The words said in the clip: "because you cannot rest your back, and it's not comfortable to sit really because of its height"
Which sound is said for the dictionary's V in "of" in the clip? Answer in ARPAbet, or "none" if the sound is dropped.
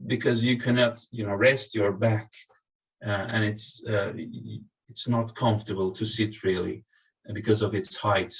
V